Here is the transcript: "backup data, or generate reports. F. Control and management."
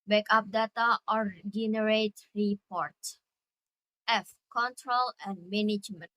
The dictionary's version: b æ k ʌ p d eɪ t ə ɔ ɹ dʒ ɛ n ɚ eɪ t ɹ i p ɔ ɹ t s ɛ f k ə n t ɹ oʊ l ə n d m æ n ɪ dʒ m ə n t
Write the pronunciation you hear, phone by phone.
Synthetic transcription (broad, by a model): b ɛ k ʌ p d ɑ t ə ɔ ɹ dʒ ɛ n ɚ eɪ t ɹ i p ɔ ɹ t ɛ f k ə n t ɹ oʊ l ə n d m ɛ n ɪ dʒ m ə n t